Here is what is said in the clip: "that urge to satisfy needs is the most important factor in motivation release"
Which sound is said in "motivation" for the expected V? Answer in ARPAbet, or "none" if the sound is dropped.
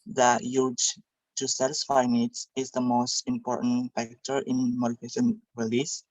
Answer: F